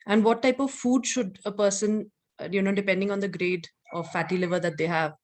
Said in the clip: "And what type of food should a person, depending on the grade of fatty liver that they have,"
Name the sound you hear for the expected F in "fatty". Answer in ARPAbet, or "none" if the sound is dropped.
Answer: F